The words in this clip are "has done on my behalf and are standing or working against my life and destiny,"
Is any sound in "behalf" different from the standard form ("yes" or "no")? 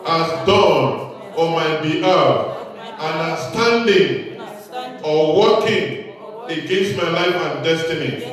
yes